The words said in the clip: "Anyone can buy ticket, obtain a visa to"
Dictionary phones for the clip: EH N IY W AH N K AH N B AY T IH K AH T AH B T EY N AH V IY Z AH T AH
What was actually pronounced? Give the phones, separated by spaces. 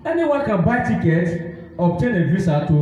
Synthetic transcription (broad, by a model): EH N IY W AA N K AH N B AY T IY K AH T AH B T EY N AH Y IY S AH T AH